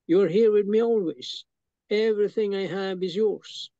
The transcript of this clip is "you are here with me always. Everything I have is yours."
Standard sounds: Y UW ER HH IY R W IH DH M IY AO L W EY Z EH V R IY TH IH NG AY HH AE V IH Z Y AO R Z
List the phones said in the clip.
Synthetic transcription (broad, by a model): Y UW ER HH IY R W IH DH M IY AO L W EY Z EH V R IY TH IH NG AY HH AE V IH Z Y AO R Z